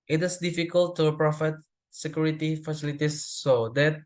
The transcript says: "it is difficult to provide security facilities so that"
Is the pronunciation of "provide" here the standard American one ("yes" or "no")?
no